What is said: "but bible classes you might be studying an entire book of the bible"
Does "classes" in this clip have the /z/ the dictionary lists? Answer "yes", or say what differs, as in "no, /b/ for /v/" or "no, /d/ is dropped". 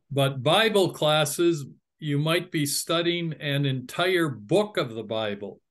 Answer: yes